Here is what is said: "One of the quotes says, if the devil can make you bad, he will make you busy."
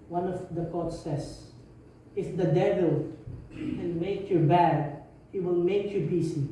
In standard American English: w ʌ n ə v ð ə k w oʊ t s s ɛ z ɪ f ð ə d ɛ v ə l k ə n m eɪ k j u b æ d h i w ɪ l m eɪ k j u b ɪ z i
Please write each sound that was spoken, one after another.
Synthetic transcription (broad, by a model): w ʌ n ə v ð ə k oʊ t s s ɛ s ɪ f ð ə d ɛ v ə l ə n m eɪ k j u b æ d h i w ɪ l m eɪ k j u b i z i